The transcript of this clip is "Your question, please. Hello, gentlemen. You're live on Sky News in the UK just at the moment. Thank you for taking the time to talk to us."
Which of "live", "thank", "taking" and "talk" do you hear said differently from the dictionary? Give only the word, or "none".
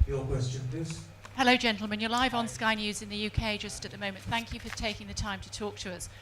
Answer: none